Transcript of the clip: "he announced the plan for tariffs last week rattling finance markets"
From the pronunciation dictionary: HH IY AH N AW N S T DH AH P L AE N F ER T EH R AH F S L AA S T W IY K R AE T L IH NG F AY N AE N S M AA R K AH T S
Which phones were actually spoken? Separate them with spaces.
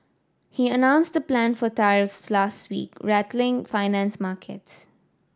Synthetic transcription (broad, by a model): HH IY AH N AW N S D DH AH P L AE N F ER T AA R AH F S L AA S T W IY K R AE T L IH NG F AY N AE N S M AA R K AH T S